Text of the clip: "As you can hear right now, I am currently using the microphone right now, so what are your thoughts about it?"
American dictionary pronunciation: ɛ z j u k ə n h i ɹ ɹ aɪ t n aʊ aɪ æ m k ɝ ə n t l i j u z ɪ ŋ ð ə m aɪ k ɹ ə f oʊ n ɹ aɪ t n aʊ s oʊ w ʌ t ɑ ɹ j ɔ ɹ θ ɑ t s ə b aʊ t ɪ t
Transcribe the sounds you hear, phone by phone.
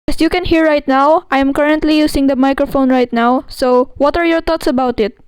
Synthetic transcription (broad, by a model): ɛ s j u k ə n h i ɹ ɹ aɪ t n aʊ aɪ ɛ m k ɝ ə n t l i j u s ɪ ŋ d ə m aɪ k ɹ ə f oʊ n ɹ aɪ t n aʊ s oʊ w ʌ t ɑ ɹ j ɔ ɹ t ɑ t s ə b aʊ t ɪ t